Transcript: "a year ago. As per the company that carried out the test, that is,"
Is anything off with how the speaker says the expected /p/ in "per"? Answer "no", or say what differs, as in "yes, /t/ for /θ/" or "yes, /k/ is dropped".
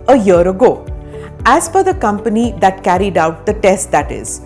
yes, /f/ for /p/